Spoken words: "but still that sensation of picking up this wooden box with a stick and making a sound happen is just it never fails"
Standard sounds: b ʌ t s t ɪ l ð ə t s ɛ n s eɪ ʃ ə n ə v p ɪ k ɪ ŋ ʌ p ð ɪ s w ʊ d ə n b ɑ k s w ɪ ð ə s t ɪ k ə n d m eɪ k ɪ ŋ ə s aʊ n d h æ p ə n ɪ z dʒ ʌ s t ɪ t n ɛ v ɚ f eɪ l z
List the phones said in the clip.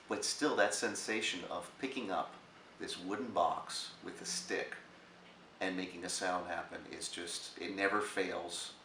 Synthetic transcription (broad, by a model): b ʌ t s t ɪ l ð ə t s ɛ n s eɪ ʃ ə n ə v p ɪ k ɪ ŋ ʌ p ð ɪ s w ʊ d n b ɑ k s w ɪ ð ə s t ɪ k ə n m eɪ k ɪ ŋ ə s aʊ n d h æ p ə n ɪ z dʒ ʌ s t ɪ t n ɛ v ɚ f eɪ l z